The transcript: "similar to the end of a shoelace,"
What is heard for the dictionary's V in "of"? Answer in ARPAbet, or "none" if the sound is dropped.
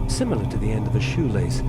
V